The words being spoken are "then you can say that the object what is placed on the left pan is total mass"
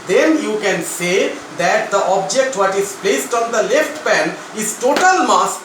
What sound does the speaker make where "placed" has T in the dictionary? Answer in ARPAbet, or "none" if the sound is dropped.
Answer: T